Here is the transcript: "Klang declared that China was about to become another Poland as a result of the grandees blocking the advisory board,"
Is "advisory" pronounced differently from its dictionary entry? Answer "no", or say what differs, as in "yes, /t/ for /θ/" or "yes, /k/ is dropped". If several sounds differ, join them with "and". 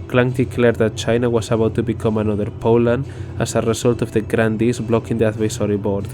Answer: yes, /s/ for /z/